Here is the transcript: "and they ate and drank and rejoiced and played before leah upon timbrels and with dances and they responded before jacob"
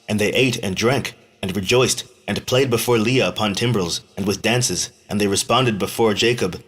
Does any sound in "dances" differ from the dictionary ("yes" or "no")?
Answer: no